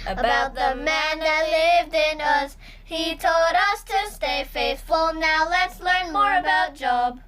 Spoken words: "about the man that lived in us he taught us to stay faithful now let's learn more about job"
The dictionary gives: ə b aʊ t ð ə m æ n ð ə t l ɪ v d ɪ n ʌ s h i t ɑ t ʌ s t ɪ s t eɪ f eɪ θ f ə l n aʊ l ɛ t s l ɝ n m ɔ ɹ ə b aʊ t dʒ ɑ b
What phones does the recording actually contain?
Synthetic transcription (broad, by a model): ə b aʊ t ð ə m æ n ð ə t l ɪ v d ɪ n ʌ s h i t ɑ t ʌ s t ɪ s t eɪ f eɪ θ f l n aʊ l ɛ t s l ɝ n m ɔ ɹ ə b aʊ t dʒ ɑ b